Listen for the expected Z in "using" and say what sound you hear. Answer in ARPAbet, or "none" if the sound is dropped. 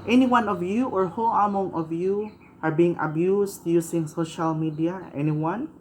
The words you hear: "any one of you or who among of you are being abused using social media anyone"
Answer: S